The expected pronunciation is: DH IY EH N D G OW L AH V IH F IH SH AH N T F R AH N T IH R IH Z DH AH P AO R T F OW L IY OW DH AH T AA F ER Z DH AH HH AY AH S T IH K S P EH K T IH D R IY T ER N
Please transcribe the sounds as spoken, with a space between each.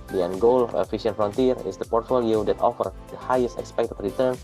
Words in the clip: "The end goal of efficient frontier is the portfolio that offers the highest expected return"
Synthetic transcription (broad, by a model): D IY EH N G OW L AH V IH F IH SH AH N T F R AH N T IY R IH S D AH P AO R T F OW L IY OW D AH T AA F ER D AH HH AY AH S T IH K S P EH K T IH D R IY T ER N